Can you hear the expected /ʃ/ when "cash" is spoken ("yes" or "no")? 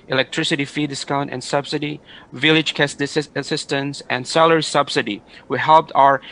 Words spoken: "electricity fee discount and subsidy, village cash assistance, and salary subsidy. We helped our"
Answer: no